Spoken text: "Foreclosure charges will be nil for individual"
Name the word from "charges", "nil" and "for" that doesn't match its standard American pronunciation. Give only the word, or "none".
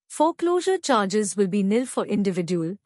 none